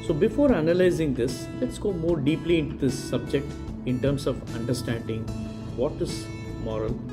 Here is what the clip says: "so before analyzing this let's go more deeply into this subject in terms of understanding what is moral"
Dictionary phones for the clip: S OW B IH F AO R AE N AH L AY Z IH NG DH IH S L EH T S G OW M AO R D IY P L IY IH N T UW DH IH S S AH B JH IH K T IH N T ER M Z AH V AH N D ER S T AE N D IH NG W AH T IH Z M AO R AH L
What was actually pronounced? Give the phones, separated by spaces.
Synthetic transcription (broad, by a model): S OW B IH F AO R AE N AH L AY Z IH NG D IH S L EH T S G OW M AO R D IY P L IY IH N T UW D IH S S AH B JH IH K T IH N T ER M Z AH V AH N D ER S T AE N D IH NG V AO T IH Z M AO R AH L